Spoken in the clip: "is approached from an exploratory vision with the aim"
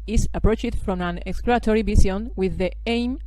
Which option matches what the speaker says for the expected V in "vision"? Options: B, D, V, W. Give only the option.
B